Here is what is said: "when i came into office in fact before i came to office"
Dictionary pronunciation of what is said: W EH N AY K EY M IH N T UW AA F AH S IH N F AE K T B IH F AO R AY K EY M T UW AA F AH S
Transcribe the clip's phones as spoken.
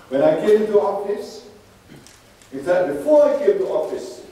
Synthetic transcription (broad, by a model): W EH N AY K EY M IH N T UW AA F AH S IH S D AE T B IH F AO AY K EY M T UW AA F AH S